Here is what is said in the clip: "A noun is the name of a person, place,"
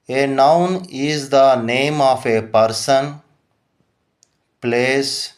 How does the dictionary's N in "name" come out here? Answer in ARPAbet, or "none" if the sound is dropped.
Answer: N